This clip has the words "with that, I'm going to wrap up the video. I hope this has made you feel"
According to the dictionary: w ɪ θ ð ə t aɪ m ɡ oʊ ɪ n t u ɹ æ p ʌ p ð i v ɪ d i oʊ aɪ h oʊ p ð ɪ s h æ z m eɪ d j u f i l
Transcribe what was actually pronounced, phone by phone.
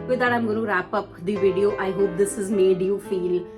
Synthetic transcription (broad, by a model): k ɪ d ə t aɪ m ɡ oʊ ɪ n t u ɹ æ p ʌ p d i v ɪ d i oʊ aɪ h oʊ p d ɪ s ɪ z m eɪ d j u f i l